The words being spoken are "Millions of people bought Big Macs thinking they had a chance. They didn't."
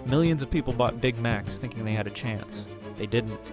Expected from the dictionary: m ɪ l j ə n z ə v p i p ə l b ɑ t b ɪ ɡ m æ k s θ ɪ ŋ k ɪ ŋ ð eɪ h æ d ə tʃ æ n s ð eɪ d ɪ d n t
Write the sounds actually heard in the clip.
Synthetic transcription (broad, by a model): m ɪ l j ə n z ə v p i p l b ɑ t b ɪ ɡ m æ k s θ ɪ ŋ k ɪ ŋ ð eɪ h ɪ d ə tʃ æ n s ð eɪ d ɪ d n t